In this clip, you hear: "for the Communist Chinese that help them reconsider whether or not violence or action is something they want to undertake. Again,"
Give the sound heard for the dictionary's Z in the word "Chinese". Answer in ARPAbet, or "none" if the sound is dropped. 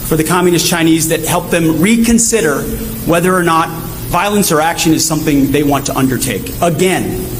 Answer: Z